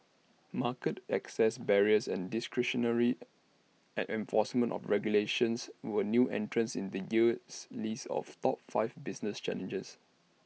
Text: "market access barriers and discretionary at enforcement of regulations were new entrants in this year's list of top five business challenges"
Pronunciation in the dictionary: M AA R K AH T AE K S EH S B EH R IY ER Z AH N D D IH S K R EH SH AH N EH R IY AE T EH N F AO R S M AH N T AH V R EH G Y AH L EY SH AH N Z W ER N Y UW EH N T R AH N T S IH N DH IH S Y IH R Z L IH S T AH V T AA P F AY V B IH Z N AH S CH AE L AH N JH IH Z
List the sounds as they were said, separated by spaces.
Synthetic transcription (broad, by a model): M AA K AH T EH K S EH S B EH R IY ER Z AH N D D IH S K R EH SH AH N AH R IY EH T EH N F AO S M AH N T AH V R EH G Y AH L EY SH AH N S W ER N Y UW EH N T R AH N S IH N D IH Y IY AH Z L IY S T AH F T AA P F AY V B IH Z N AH S CH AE L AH N JH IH S